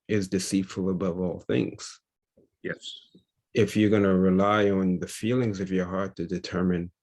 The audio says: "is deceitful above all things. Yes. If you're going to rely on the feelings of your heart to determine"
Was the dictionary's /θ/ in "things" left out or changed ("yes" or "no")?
no